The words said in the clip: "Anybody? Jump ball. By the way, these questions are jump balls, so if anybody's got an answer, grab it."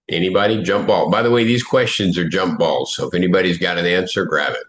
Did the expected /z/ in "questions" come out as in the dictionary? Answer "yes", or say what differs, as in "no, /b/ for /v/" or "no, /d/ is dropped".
yes